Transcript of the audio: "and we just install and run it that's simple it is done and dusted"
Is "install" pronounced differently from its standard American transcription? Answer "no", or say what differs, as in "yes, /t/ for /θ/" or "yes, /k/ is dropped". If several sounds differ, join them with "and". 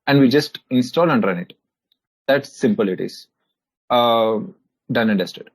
no